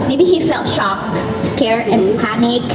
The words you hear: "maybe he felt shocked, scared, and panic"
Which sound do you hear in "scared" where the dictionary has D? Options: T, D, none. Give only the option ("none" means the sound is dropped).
none